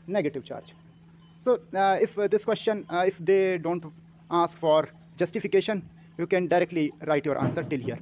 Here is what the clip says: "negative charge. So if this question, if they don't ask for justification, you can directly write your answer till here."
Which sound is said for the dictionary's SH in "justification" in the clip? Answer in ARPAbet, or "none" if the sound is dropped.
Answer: SH